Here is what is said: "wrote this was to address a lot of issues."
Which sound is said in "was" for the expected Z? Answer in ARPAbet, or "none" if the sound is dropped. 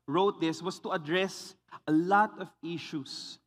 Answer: S